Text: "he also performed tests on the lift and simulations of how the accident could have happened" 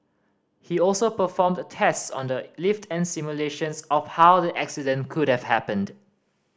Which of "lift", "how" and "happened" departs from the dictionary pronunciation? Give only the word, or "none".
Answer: none